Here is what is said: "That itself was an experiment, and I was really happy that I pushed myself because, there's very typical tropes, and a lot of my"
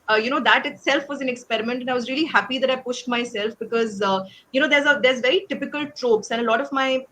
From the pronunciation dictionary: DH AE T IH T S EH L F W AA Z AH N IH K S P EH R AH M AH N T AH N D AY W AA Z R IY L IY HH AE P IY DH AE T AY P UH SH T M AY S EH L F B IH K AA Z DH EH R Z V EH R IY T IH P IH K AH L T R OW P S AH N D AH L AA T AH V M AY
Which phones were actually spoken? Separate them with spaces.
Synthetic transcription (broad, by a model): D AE T IH T S EH L F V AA Z AH N IH K S P EH R AH M AH N T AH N AY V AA Z R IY L IY HH AE P IY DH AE T AY P UH SH T M AY S EH L F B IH K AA Z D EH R Z V EH R IY T IH P IH K AH L T R OW P S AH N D AH L AA T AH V M AY